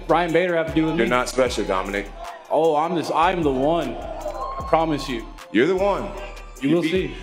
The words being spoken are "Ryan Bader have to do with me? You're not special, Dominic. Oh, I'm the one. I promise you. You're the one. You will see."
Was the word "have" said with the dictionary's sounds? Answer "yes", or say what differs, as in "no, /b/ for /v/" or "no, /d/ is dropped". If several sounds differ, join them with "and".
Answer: no, /f/ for /v/